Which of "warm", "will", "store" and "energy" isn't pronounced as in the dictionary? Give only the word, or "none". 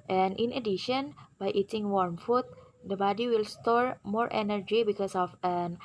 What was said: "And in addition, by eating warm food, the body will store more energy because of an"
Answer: none